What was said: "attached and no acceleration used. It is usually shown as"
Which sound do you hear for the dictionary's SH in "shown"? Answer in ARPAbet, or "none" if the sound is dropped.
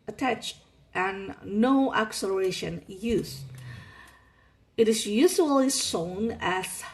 S